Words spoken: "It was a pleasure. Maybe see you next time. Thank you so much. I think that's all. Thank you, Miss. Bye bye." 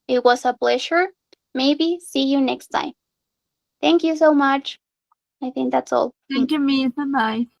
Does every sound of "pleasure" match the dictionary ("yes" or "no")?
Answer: no